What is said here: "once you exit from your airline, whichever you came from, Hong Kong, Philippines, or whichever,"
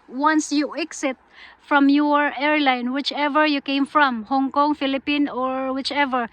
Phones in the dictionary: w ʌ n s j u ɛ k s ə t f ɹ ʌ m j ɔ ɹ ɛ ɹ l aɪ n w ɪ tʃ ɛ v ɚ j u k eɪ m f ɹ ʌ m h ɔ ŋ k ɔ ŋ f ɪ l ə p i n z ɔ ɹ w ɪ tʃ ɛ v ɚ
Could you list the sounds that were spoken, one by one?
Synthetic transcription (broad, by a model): w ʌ n s j u ɛ k s ə t f ɹ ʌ m j ɔ ɹ ɛ ɹ l aɪ n w ɪ tʃ ɛ v ɚ j u k eɪ m f ɹ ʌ m h ɔ ŋ k ɔ ŋ f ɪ l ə p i n ɔ ɹ w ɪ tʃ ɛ v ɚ